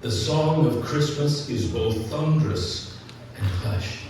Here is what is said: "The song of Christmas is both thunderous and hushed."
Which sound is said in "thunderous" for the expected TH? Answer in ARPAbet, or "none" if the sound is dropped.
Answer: TH